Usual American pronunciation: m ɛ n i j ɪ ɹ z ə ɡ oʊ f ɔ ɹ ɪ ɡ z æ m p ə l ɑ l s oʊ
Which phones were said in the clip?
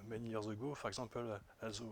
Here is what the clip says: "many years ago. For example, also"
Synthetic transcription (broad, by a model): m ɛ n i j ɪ ɹ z ə ɡ oʊ f ɔ ɹ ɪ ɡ z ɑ p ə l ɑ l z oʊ